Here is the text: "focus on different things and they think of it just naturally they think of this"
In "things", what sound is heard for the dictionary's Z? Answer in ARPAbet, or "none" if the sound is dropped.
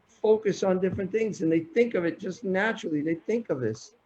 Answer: Z